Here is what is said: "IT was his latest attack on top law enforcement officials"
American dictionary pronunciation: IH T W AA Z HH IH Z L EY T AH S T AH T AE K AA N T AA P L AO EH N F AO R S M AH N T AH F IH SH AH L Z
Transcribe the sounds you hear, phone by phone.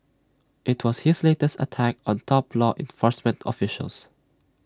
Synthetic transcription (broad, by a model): IH T W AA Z HH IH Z L EY T AH S T AH T AE K AA N T AA P L AO EH N F AO R S M AH N T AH F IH SH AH L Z